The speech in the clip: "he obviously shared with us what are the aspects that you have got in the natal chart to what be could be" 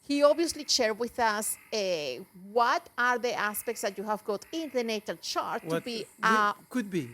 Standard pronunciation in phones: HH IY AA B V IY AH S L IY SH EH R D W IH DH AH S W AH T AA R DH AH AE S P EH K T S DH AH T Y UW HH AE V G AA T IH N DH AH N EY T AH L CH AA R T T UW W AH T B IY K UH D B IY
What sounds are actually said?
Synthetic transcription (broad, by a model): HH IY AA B IY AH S L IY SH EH R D W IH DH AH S W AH T AA R DH AH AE S P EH K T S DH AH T Y UW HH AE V G AA T IH N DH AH N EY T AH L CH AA R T T UW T B IY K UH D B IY